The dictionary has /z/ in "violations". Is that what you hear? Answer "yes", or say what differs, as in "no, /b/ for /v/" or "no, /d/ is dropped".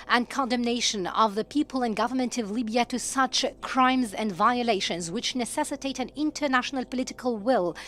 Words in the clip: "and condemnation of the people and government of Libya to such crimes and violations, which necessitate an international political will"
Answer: yes